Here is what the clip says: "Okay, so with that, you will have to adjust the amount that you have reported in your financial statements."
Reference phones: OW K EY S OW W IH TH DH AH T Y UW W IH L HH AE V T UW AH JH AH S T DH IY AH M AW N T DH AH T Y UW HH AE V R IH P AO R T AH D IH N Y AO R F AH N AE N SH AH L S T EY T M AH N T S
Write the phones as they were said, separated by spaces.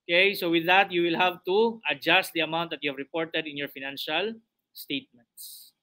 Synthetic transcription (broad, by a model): K EY S OW W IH DH AH T Y UW W IH L HH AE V T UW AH JH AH S T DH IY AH M AW T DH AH T Y UW HH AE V R IH P AO R T AH D IH N Y AO R F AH N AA N SH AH L S T EY T M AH N T S